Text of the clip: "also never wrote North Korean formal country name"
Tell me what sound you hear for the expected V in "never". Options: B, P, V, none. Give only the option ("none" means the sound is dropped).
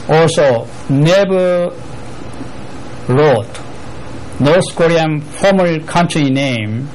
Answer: B